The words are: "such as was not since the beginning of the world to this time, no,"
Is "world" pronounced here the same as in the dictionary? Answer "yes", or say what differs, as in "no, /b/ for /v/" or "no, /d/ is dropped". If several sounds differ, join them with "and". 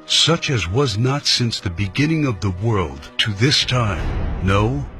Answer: yes